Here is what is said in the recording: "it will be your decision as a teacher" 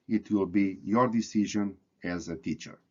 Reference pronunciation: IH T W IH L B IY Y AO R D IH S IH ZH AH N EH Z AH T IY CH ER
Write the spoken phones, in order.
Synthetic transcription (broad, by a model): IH T W IH L B IY Y AO R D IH S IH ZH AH N EH Z AH T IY CH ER